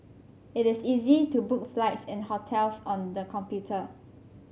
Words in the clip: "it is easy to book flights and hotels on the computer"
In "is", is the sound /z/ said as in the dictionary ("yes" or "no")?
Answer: no